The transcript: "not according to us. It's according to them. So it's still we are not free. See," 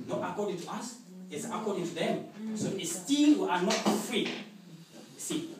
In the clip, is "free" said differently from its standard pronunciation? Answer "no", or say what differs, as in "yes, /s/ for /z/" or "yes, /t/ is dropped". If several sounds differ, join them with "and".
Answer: no